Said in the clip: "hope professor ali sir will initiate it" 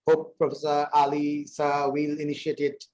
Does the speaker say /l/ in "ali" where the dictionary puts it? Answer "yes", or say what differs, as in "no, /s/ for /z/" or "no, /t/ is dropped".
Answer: yes